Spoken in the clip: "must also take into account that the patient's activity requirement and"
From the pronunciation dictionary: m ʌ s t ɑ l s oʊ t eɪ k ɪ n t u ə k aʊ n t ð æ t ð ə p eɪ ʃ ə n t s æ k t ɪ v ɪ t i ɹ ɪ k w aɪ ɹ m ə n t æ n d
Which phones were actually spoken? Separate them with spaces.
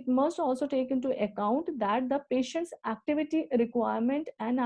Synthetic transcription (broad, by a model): m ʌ s t ɑ l s oʊ t eɪ k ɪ n t u ə k aʊ n t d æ t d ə p eɪ ʃ ə n t s æ k t ɪ v ɪ t i ɹ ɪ k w aɪ ɹ m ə n t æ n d